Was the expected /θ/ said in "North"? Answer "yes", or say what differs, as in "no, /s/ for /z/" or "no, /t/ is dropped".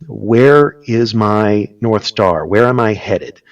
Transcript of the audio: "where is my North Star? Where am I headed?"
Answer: yes